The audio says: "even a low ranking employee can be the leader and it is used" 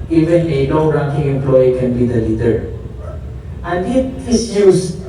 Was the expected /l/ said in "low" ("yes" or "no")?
no